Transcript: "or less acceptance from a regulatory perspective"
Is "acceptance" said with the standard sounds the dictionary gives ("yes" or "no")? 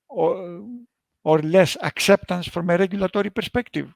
yes